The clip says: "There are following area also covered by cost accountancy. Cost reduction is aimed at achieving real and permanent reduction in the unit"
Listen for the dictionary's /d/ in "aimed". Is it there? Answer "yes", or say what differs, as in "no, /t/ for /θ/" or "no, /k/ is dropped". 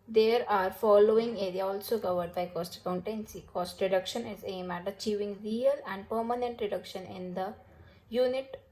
no, /d/ is dropped